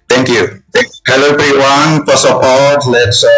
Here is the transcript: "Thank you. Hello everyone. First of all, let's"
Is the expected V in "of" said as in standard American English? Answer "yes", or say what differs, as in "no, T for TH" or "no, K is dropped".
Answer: no, P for V